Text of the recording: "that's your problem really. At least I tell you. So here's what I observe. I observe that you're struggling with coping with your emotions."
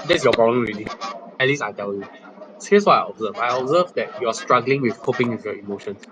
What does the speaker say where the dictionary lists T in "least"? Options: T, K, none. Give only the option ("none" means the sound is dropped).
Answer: none